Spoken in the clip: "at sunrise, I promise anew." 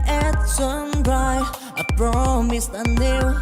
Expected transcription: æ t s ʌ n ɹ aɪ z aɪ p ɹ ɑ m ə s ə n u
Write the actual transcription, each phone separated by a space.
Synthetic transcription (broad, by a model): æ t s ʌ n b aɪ aɪ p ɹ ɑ m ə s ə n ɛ